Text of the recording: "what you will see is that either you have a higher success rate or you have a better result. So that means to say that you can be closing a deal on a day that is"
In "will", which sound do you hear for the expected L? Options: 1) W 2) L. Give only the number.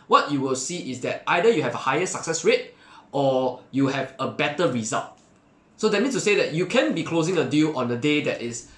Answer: 2